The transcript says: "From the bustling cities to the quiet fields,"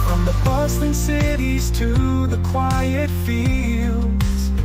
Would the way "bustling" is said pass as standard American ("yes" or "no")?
no